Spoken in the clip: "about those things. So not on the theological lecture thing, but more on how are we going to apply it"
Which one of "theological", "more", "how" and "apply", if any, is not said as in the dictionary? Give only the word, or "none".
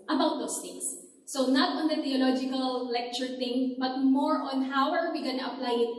theological